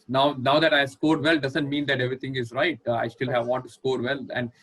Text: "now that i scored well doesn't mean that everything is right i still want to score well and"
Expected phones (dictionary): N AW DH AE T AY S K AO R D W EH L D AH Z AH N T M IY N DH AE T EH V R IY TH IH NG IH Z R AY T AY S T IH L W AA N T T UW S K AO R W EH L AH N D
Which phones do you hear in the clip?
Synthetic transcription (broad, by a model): N AW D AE T AY S K AO R D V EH L D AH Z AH N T M IY N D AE T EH V R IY T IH NG IH Z R AY T AY S T IH L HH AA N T T UW S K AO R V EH L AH N D